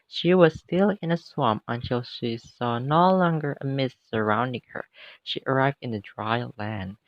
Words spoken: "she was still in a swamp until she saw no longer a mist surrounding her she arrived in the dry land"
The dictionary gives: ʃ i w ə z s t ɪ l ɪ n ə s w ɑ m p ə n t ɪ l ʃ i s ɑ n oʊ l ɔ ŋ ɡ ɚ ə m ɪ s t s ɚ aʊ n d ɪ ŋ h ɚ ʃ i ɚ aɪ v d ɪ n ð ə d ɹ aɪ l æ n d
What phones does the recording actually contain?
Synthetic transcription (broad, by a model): ʃ i w ə z s t ɪ l ɪ n ə s w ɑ m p ə n t ɪ l ʃ i s ɑ n oʊ l ɔ ŋ ɡ ɚ ə m ɪ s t s ɚ aʊ n d ɪ ŋ h ɚ ʃ i ɚ aɪ v d ɪ n ð ə d ɹ aɪ l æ n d